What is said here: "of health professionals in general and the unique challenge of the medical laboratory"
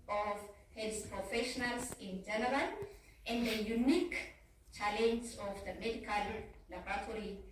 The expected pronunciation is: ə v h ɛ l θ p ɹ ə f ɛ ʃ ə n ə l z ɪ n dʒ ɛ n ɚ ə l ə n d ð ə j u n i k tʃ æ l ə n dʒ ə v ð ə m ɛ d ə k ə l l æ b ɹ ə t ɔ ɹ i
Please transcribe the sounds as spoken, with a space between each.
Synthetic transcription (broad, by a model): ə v h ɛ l s p ɹ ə f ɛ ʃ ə n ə l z ɪ n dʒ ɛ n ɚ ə n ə n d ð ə j u n i k tʃ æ l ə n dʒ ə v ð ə m ɛ d ə k ə l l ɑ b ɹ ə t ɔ ɹ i